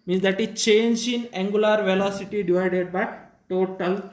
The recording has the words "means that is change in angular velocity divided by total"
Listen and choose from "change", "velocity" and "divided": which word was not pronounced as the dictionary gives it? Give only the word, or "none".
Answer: none